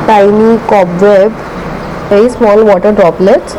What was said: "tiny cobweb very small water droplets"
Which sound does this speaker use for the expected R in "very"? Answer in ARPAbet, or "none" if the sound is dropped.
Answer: none